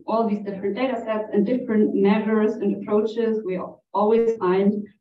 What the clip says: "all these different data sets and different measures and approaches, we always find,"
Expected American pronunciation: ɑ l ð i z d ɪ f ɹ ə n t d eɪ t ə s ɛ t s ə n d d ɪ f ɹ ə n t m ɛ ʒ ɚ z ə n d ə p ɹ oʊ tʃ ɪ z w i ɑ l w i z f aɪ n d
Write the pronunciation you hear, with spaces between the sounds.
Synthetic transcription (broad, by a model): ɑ l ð i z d ɪ f ɹ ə n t d eɪ t ə s ɛ t s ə n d d ɪ f ɹ ə n t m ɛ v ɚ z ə n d ə p ɹ oʊ tʃ ɪ z w i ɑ l w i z f aɪ n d